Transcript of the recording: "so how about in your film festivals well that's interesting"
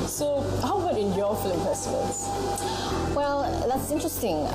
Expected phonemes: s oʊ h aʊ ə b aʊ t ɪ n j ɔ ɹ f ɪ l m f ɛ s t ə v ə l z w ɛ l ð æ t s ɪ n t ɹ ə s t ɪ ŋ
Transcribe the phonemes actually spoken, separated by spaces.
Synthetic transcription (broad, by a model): s oʊ h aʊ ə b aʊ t ɪ n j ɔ f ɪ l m p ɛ s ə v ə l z w ɛ l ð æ t s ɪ n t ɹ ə s t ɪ ŋ